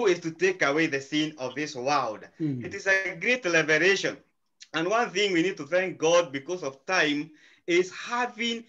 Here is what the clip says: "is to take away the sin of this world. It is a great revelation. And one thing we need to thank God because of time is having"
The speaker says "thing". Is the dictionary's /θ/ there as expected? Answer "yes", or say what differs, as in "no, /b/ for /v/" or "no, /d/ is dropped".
yes